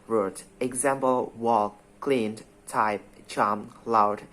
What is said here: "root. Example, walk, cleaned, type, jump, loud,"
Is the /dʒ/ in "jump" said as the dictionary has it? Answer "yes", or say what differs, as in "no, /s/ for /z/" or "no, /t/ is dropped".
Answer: no, /tʃ/ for /dʒ/